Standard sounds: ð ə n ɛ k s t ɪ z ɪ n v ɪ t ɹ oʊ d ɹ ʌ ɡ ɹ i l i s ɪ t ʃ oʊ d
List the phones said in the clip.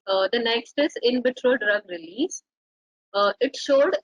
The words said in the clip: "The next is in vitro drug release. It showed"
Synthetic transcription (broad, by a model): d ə n ɛ k s t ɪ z ɪ n b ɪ t ɹ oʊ d ɹ ʌ ɡ ɹ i l i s ɪ t ʃ oʊ d